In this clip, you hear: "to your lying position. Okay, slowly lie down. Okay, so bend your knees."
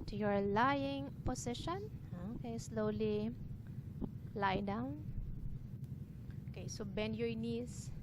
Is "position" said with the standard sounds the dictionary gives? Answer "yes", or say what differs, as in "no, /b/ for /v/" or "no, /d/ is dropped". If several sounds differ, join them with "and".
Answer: no, /s/ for /z/